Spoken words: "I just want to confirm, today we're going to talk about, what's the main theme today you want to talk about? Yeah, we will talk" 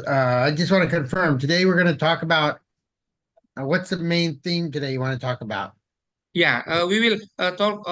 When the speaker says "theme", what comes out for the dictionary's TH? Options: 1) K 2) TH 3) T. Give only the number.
2